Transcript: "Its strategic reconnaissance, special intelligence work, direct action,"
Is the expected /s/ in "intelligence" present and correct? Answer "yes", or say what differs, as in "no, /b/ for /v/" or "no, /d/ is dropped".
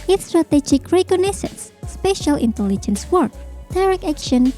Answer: yes